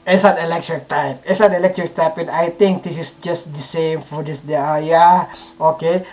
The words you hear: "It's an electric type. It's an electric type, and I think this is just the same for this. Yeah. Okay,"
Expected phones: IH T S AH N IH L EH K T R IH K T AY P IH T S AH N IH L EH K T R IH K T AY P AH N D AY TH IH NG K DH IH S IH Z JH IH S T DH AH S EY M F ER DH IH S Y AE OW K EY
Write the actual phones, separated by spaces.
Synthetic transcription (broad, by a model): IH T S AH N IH L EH K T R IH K T AY P IH T S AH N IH L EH K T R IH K T AY P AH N AY T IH NG K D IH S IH S JH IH S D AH S EY M F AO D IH S Y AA OW K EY